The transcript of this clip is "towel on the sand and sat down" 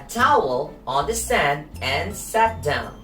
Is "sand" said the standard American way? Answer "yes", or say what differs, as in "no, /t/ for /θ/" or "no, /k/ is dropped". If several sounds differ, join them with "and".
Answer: yes